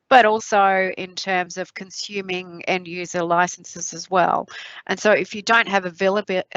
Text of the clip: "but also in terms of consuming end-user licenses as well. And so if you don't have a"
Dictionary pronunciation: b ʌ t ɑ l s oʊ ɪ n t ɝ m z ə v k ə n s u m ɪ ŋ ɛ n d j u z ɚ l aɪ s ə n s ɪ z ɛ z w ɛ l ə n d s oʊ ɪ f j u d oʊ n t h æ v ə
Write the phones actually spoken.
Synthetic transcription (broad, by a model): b ʌ t ɑ l s oʊ ɪ n t ɝ m z ə v k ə n s u m ɪ ŋ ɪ n j u z ɚ l aɪ s n s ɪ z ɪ z w ɛ l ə n s oʊ ɪ f j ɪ d oʊ n t h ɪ v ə